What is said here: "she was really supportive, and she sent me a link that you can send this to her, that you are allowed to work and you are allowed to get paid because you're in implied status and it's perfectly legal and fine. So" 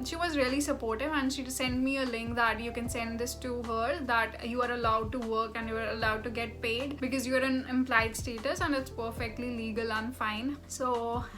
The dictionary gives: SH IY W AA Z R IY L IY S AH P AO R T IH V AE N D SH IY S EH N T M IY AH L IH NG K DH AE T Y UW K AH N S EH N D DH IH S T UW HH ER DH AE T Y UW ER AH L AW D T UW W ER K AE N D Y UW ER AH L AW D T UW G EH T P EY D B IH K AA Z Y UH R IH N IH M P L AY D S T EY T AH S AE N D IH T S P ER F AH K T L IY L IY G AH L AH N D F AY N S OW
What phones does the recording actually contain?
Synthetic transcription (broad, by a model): SH IY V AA Z R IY L IY S AH P AO R T IH V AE N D SH IY S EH N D M IY AH L IH NG K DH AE T Y UW K AH N S EH N D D IH S T UW HH ER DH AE T Y UW ER AH L AW D T UW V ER K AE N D Y UW ER AH L AW D T UW G EH T P EY D B IH K AA Z Y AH R IH N IH M P L AY D S T EY T AH S AE N D IH T S P ER F AH K T L IY L IY G AH L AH N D F AY N S OW